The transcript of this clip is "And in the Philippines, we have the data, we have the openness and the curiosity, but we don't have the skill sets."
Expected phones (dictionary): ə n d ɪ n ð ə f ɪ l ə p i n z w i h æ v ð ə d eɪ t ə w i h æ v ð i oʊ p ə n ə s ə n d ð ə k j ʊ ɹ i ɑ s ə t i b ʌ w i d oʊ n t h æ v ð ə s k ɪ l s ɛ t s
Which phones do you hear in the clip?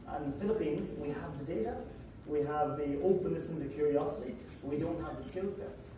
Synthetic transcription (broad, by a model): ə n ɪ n ð ə f ɪ l ə p i n z w i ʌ v ð ə d eɪ t ə w i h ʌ v ð i oʊ p ə n ə s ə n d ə k j ʊ ɹ i ɑ s ə t i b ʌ w i d oʊ n t h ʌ v ð ə s k ɪ l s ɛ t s